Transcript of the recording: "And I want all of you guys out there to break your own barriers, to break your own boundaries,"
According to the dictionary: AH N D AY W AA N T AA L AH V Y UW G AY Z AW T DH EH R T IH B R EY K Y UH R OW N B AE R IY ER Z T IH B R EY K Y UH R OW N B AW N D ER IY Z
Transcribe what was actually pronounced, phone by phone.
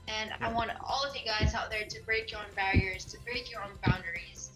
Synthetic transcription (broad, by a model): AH N AY W AA N T AA L AH V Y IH G AY Z AW T DH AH R T IH B R EY K Y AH R OW N B AE R IY ER Z T IH B R EY K Y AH R OW N B AW N D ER IY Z